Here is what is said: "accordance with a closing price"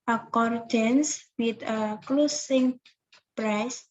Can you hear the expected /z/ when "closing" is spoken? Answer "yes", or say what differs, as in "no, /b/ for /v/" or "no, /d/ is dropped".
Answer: no, /s/ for /z/